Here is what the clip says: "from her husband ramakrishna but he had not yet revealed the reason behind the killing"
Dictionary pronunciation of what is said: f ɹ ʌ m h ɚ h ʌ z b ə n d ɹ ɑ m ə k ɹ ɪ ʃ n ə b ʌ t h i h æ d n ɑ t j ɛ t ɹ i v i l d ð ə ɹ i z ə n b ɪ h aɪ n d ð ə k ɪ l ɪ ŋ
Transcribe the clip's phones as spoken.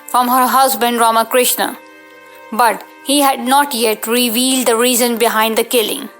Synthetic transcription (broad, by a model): f ɹ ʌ m h ɚ h ʌ z b ə n d ɹ ɑ m ə k ɹ ɪ ʃ n ə b ʌ t h i h æ d n ɑ t j ɛ t ɹ i v i l d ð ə ɹ i z ə n b ɪ h aɪ n d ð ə k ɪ l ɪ ŋ